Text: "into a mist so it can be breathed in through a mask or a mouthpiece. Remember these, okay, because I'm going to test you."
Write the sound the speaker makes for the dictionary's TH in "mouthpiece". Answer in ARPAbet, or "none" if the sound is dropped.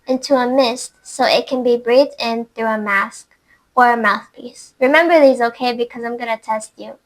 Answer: TH